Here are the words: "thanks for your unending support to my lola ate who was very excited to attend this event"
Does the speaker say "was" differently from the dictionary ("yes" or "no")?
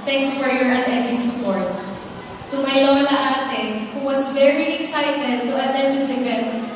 yes